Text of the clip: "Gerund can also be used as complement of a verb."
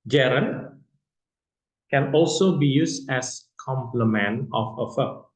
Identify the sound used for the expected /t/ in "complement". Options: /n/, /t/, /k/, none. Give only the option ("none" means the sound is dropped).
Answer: none